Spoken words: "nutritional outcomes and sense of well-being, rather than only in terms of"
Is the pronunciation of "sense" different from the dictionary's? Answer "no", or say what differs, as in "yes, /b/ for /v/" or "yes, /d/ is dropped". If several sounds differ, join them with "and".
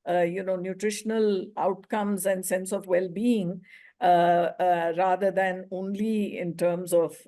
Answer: no